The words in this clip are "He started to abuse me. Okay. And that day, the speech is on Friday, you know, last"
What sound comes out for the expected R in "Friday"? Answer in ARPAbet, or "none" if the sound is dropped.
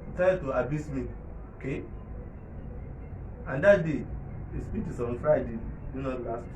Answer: R